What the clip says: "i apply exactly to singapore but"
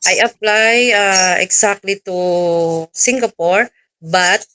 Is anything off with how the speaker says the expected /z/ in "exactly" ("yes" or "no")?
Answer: yes